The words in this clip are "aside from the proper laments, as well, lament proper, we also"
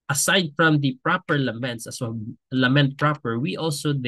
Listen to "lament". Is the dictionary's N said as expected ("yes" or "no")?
yes